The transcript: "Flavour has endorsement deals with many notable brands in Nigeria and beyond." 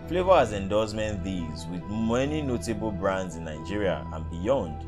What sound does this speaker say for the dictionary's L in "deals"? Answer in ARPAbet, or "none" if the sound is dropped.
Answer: none